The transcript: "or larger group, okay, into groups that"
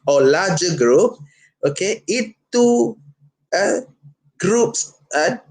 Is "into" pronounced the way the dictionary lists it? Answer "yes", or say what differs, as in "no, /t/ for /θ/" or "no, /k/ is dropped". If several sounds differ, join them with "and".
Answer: no, /n/ is dropped